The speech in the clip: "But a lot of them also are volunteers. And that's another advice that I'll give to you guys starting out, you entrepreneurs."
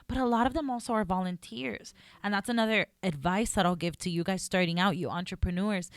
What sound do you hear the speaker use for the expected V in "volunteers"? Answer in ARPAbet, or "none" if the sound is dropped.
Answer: V